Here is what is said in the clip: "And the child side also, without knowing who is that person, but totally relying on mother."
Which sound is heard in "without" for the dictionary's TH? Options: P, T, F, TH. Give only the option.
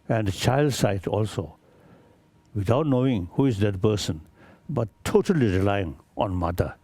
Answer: T